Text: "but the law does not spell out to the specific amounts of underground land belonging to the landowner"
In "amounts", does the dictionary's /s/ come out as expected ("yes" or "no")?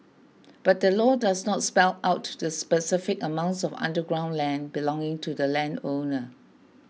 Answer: yes